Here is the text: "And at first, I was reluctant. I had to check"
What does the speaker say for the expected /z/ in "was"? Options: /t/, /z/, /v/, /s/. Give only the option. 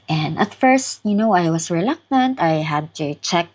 /s/